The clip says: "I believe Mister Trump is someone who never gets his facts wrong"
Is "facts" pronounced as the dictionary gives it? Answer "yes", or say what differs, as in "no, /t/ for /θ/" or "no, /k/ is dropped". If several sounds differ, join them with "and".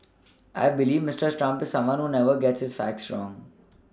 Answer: yes